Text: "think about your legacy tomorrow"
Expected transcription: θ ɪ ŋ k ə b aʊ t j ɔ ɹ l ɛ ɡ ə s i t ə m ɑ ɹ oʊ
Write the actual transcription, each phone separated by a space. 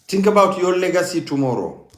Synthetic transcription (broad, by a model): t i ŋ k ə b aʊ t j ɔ l l ɛ ɡ ə s i t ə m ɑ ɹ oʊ